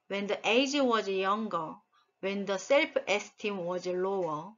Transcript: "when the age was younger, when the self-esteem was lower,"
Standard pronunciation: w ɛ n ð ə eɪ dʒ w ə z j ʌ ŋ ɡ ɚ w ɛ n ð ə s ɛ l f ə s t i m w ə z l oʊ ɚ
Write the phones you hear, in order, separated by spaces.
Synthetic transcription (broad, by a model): w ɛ n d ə eɪ dʒ w ə z j ʌ ŋ ɡ ɚ w ɛ n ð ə s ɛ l p ə s t i m w ə z l oʊ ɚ